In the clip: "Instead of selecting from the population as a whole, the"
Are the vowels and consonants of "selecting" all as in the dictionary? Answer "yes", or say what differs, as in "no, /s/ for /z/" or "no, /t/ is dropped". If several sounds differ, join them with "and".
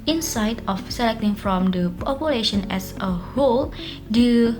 yes